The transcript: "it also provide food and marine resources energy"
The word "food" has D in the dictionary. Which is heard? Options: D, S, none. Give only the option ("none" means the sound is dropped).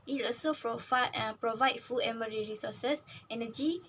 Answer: none